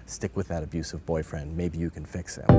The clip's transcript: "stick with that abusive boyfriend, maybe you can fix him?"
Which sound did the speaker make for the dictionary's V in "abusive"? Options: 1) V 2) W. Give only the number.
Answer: 1